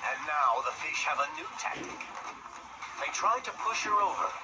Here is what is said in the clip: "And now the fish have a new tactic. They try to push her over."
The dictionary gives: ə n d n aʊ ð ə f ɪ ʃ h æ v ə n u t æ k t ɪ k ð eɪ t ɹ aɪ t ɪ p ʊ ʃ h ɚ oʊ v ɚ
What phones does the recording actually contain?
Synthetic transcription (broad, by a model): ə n n aʊ ð ə f ɪ ʃ h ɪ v ə n u t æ k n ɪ k ð eɪ t ɹ aɪ t ɪ p ʊ ʃ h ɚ oʊ v ɚ